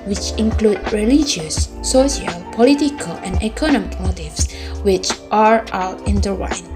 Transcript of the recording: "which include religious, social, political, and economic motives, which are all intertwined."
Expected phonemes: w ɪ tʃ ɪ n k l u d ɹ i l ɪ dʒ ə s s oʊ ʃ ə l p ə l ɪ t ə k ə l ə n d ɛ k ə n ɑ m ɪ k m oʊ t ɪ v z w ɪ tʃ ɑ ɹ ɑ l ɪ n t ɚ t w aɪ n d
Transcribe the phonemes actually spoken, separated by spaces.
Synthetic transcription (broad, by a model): w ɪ tʃ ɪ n k l u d ɹ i l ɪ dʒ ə s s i ə l p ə l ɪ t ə k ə l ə n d ɛ k ə n ɑ m ɪ k m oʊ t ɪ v s w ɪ tʃ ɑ ɹ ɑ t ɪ n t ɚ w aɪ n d